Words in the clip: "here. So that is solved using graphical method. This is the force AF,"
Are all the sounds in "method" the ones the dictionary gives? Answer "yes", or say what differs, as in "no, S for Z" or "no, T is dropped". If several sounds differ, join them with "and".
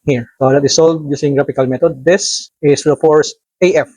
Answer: no, T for TH